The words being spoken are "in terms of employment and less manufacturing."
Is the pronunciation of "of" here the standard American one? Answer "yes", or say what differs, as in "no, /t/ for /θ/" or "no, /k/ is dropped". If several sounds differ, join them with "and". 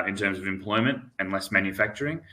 yes